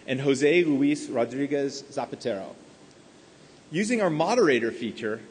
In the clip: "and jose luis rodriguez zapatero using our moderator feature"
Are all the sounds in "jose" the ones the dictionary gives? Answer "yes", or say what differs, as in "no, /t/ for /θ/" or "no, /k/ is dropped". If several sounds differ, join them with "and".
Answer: yes